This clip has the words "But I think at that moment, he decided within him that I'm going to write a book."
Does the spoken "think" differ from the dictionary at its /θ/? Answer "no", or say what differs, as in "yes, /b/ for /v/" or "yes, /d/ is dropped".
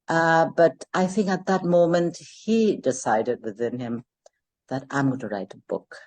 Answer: no